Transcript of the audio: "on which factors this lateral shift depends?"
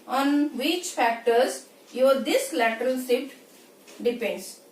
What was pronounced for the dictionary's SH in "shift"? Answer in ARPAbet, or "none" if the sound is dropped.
S